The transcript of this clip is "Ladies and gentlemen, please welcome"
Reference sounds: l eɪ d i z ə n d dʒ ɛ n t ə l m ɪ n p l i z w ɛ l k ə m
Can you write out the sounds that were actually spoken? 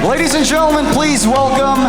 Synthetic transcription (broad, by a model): l eɪ d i z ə n dʒ ɛ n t l m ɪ n p l i z w ɛ l k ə m